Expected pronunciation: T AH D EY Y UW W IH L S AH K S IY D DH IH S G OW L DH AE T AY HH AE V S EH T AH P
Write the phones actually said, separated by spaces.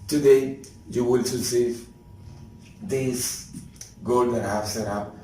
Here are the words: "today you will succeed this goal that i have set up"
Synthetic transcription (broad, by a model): T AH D EY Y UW W IH L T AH S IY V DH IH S G OW L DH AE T HH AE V S EH T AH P